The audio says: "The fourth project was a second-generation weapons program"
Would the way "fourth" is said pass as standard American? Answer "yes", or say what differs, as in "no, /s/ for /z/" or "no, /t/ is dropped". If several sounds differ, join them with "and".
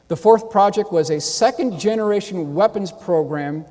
yes